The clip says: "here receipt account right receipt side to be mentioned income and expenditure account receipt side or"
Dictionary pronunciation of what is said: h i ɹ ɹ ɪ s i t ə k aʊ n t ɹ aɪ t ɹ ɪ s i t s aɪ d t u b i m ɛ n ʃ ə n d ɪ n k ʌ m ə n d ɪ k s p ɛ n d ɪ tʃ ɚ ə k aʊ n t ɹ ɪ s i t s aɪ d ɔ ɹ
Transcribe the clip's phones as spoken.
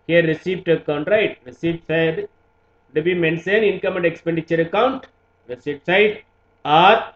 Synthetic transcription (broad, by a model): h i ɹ ɹ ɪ s i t ə k aʊ n t ɹ aɪ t ɹ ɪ s i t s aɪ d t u b i m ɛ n s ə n ɪ n k ʌ m ə n d ɪ k s p ɛ n d ɪ tʃ ɚ ə k aʊ n t ɹ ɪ s i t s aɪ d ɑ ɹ